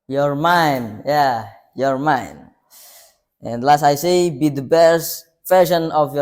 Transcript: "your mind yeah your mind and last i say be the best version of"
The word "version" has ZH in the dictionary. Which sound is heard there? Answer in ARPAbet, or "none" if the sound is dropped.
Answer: SH